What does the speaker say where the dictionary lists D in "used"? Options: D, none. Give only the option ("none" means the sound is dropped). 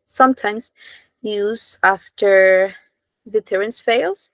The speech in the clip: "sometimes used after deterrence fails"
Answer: none